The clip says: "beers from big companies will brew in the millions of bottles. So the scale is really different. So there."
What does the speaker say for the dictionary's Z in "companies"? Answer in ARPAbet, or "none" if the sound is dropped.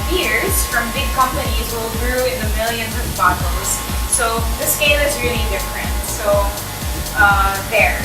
Z